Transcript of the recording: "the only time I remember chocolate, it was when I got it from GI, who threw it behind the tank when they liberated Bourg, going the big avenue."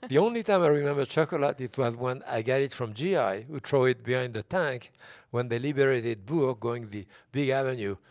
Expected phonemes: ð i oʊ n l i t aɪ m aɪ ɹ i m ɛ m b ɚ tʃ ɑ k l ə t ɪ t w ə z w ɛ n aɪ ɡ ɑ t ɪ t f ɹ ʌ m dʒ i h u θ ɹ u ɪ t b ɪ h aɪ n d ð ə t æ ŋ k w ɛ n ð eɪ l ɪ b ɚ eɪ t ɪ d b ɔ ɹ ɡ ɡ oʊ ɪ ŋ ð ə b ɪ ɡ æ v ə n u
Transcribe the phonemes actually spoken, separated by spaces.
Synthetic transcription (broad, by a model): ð i oʊ n l i t aɪ m aɪ ɹ i m ɛ m b ɚ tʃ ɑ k l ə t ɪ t w ə z w ɛ n aɪ ɡ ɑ t ɪ t f ɹ ʌ m dʒ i h u t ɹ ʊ ɪ t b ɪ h aɪ n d ð ə t æ ŋ k w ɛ n ð eɪ l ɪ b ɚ eɪ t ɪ d b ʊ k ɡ ɡ oʊ ɪ ŋ ð ə b ɪ ɡ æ v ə n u